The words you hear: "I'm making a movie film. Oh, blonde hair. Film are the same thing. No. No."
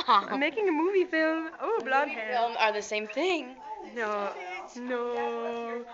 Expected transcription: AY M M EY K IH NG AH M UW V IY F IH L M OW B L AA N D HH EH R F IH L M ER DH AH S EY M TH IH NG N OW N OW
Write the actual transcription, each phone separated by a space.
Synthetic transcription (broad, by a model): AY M M EY K IH NG AH M UW V IY F IH L M OW B L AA D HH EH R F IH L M ER DH AH S EY M TH IH NG N OW N OW